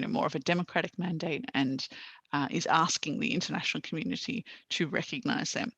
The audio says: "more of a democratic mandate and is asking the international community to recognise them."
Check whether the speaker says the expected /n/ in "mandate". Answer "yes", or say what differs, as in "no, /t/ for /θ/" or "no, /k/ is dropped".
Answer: yes